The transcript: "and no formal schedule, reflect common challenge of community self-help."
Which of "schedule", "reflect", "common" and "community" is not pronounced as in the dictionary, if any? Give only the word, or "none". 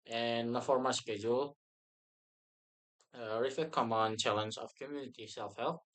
reflect